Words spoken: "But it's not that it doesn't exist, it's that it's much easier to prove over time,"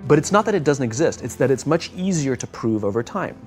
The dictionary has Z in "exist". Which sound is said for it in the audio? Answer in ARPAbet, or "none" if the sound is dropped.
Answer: Z